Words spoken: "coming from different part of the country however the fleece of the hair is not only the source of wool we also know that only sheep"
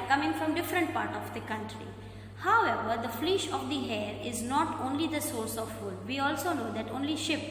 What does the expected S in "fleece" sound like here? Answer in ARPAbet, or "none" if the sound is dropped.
SH